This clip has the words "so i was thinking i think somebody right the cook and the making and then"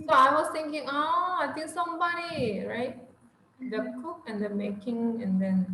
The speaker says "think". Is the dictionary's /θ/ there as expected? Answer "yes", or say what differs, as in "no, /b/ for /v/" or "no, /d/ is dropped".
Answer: no, /t/ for /θ/